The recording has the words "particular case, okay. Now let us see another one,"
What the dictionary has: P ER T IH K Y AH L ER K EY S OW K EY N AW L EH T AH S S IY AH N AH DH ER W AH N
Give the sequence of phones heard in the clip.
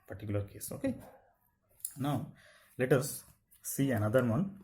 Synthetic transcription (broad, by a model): P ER T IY K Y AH L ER K EY S OW K EY N AW L EH T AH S S IY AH N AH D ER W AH N